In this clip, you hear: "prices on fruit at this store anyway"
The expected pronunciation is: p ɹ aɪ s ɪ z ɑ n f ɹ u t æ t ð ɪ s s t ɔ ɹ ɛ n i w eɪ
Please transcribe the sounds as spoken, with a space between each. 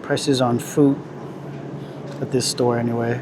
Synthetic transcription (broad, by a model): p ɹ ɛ s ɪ z n f u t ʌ t ð ɪ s s t ɔ ɹ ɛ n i w eɪ